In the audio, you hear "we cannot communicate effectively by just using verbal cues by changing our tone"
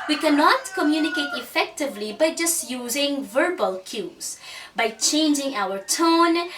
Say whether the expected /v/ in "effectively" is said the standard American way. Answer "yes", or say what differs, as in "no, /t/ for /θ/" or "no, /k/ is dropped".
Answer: yes